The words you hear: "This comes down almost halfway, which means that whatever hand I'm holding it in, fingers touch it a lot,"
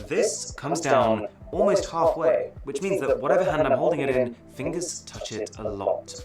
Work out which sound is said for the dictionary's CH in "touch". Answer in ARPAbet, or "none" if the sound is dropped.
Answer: CH